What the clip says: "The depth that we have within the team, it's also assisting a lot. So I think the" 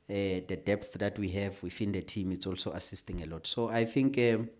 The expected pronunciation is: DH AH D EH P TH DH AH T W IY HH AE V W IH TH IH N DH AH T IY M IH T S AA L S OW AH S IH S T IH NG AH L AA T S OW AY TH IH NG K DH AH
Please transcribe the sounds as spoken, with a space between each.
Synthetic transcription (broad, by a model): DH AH D EH P TH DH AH T W IY HH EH V W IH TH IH N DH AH T IY M IH T S AA L S OW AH S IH S T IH NG AH L AA T S OW AY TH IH NG K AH